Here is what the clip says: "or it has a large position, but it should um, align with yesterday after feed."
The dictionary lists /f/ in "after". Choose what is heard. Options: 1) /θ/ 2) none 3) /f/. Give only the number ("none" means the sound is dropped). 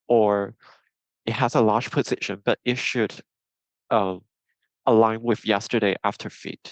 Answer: 3